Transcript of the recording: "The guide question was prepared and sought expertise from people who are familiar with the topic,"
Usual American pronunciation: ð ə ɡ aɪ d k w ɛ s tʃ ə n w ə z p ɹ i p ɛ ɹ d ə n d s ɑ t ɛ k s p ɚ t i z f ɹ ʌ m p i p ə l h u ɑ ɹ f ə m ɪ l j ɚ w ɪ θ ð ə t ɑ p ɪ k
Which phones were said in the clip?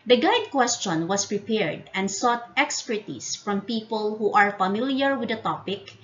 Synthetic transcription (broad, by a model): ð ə ɡ aɪ d k w ɛ s tʃ ə n w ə s p ɹ i p ɛ ɹ d ə n d s ɑ t ɛ k s p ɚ t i s f ɹ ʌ m p i p ə l h u ɑ ɹ f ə m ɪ l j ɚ w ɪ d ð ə t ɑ p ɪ k